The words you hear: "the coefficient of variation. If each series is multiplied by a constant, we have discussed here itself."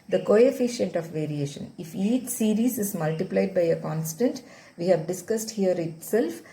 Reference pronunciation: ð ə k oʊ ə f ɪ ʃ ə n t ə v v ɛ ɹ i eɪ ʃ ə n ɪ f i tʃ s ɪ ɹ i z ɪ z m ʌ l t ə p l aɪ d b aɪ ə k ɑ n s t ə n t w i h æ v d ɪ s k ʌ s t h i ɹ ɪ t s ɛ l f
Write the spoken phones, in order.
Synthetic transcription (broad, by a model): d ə k oʊ ə f ɪ ʃ ə n t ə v v ɛ ɹ i eɪ ʃ ə n ɪ f i tʃ s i ɹ i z ɪ z m ʌ l t ə p l aɪ d b aɪ ə k ɑ n s t ə n t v i h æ v d ɪ s k ʌ s t h i ɹ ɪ t s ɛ l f